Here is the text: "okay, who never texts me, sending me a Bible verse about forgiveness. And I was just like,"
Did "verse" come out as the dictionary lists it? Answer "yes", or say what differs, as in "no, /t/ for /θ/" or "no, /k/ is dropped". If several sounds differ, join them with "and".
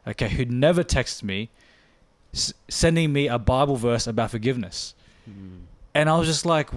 yes